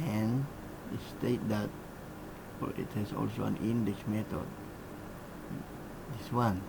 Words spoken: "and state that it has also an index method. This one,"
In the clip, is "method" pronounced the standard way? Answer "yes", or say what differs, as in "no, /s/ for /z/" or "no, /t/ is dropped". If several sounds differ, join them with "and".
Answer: no, /t/ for /θ/